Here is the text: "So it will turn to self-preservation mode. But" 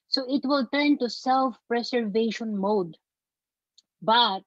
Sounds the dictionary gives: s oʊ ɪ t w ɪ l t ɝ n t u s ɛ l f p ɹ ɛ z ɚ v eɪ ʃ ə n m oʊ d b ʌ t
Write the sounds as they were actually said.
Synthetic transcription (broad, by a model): s oʊ ɪ t w ɪ l t ɝ n t u s ɛ l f p ɹ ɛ s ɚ v eɪ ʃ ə n m oʊ d b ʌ t